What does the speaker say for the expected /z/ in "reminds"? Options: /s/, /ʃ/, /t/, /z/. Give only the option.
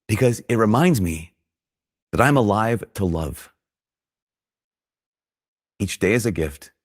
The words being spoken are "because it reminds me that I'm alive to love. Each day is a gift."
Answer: /z/